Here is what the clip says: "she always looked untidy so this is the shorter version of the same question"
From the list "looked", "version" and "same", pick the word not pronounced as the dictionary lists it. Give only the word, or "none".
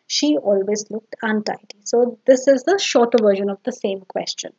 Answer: none